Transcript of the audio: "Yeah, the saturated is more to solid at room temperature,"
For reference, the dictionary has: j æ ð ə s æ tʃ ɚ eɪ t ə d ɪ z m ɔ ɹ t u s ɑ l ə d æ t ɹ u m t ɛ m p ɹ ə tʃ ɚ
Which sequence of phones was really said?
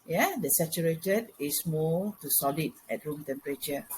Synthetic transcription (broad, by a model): j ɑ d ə s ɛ tʃ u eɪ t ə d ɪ s m ɔ l t u s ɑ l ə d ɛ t ɹ u m t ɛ m p ɹ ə tʃ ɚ